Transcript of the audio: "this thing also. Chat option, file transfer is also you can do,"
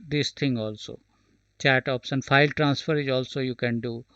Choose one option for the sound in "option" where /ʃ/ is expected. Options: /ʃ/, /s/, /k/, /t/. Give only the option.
/s/